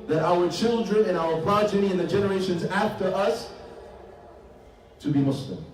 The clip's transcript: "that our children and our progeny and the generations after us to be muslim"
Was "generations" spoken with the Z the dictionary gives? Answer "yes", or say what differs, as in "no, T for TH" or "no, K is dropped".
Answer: yes